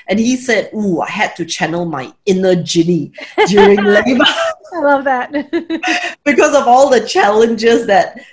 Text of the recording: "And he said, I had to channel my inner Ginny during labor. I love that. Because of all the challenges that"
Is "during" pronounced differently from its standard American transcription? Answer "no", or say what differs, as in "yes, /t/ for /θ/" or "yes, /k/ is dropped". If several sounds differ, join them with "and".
no